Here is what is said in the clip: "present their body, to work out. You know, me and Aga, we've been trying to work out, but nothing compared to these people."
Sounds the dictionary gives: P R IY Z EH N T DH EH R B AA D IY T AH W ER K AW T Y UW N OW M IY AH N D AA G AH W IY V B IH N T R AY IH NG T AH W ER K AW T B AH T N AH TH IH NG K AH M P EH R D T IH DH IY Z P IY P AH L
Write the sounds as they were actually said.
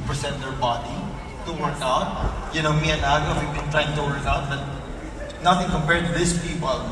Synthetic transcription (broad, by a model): P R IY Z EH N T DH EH R B AA D IY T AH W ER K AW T Y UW N OW M IY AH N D AA G AH W IY V B IH N T R AY IH NG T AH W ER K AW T B AH T N AH TH IH NG K AH M P EH R D T IH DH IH S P IY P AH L